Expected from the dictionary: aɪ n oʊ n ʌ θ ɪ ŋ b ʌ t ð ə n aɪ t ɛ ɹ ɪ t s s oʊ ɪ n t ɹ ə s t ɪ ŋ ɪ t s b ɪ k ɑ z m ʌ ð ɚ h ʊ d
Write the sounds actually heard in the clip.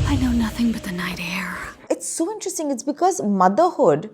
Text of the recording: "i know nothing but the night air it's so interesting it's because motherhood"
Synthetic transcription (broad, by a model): aɪ n oʊ n ʌ θ ɪ ŋ b ʌ t ð ə n aɪ t ɛ ɹ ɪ t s s oʊ ɪ n t ɹ ə s t ɪ ŋ ɪ t s b ɪ k ɑ z m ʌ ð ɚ h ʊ d